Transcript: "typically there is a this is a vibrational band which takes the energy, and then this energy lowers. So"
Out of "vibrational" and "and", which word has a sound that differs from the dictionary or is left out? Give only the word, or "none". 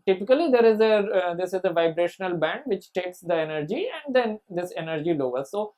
none